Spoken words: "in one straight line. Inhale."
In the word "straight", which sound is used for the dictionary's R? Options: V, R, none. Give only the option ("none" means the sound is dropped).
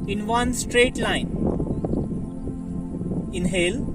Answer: R